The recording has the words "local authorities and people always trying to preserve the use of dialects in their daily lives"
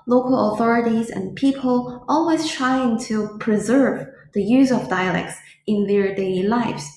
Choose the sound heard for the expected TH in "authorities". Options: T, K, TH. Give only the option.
TH